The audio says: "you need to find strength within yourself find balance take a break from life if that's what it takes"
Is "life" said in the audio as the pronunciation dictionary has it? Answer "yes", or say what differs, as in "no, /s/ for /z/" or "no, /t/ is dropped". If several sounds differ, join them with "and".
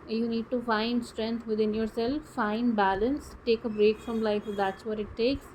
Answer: no, /f/ is dropped